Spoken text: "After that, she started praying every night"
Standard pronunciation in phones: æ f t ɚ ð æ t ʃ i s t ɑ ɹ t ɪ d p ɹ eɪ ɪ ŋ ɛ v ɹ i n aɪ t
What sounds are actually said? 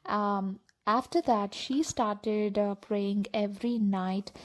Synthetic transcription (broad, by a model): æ f t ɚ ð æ t ʃ i s t ɑ ɹ t ɪ d p ɹ eɪ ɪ ŋ ɛ v ɹ i n aɪ t